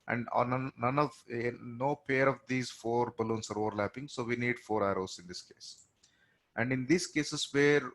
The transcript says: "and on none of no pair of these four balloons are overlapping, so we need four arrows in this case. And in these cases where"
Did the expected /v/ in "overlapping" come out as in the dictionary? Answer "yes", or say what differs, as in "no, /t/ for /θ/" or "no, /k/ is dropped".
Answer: yes